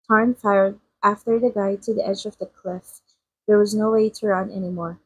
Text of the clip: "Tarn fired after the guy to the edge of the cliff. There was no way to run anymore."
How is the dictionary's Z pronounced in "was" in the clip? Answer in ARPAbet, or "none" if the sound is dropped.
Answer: Z